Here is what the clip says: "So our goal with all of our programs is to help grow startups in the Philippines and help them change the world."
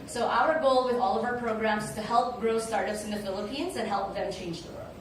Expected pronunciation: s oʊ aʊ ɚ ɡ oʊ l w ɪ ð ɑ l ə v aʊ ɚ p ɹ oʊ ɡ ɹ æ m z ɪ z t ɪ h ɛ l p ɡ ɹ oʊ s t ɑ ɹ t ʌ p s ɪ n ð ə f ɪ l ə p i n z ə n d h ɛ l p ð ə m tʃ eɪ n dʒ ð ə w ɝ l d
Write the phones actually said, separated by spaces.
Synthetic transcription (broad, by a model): s oʊ aʊ ɚ ɡ oʊ l w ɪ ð ɑ l ə v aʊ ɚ p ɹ oʊ ɡ ɹ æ m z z t ɪ h ɛ l p ɡ ɹ oʊ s t ɑ ɹ t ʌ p s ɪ n ð ə f ɪ l ə p i n z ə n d h ɛ l p ð ə m tʃ eɪ n dʒ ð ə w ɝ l